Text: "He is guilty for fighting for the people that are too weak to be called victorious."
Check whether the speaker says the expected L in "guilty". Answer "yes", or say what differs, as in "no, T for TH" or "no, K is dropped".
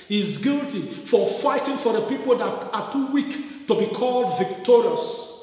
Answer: yes